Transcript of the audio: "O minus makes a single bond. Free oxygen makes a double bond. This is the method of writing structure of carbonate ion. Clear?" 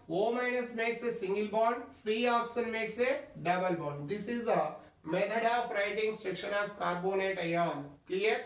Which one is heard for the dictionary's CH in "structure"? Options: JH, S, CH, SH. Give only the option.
SH